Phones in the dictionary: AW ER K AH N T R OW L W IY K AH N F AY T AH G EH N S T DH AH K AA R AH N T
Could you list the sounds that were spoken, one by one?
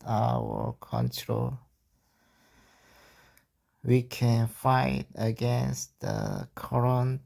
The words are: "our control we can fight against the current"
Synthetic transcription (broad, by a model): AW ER K AH N T R OW L W IY K AH N F AY T AH G EH N S T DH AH K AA R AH N